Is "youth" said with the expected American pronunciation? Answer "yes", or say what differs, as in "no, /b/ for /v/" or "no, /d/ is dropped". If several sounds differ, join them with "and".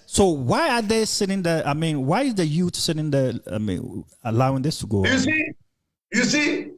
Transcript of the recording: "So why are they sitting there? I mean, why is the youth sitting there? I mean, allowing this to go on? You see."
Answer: no, /t/ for /θ/